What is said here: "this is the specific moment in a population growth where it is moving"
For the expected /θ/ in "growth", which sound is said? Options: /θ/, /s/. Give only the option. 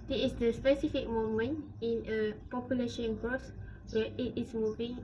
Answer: /s/